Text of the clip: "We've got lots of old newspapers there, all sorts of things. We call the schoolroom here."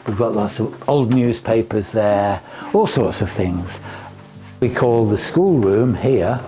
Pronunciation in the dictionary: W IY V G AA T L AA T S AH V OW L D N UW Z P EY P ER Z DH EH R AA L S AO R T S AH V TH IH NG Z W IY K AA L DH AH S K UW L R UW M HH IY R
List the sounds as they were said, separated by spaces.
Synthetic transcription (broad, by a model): W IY V G AA T L AA T S AH V OW L D N UW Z P EY P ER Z DH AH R AA L S AO R T S AH V TH IH NG Z W IY K AA L DH AH S K UW L R UW M HH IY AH